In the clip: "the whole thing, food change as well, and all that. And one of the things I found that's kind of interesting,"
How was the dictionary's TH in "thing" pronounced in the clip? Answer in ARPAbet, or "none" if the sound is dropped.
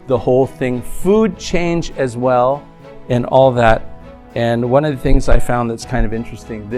TH